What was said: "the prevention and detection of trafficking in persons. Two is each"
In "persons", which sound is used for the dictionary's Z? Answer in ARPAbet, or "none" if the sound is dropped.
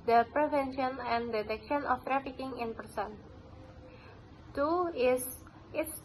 none